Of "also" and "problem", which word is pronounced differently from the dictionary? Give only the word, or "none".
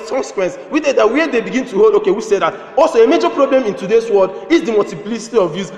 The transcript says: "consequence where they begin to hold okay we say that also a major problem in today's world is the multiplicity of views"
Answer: none